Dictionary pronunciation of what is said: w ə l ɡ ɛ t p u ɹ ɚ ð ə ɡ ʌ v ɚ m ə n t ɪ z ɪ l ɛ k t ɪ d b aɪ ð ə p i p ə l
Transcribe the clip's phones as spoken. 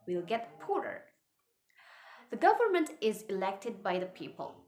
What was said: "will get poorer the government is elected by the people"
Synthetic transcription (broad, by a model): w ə l ɡ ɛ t p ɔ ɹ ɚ ð ə ɡ ʌ v ɚ m ə n t ɪ z ɪ l ɛ k t ɪ d b aɪ ð ə p i p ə l